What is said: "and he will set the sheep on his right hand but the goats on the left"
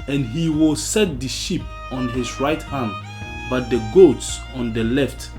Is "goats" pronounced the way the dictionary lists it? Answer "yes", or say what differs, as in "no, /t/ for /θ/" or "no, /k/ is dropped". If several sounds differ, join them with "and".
yes